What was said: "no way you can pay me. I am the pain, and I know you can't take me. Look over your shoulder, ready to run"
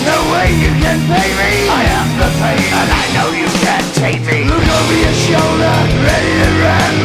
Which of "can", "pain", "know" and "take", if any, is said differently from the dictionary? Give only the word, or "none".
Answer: pain